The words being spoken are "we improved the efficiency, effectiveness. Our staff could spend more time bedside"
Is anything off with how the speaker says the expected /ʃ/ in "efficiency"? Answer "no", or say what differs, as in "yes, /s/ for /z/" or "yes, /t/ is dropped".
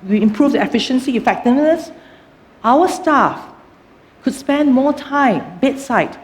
no